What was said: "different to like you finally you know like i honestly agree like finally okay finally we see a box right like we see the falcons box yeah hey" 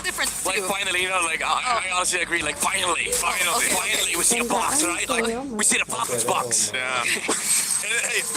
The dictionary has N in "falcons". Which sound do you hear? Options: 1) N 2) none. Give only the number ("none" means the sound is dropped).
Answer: 2